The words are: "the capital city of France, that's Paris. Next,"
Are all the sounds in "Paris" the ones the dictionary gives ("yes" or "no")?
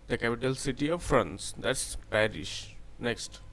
no